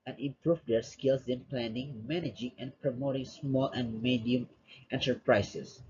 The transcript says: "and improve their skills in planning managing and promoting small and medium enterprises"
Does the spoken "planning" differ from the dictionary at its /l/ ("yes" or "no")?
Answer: no